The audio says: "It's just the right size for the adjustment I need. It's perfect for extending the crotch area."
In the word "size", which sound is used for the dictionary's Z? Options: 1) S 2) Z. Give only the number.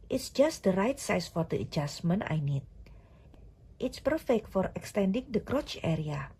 1